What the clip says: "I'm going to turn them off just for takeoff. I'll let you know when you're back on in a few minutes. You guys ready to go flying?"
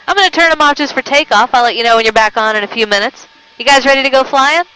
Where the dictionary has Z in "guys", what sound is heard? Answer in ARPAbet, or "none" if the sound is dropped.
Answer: Z